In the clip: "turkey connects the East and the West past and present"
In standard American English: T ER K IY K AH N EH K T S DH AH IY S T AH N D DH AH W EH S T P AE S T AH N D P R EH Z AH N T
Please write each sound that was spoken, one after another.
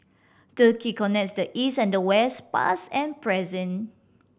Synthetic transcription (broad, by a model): T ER K IY K AH N EH K T S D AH IY S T AH N D AH W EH S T P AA S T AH N P R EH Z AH N